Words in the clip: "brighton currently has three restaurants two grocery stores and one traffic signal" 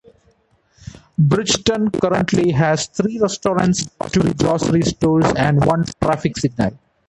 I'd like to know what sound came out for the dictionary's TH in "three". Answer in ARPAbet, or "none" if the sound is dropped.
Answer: T